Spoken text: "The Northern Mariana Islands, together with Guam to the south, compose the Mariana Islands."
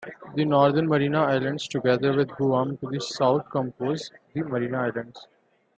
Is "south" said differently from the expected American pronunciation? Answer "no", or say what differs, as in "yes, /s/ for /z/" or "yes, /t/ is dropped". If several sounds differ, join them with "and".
yes, /t/ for /θ/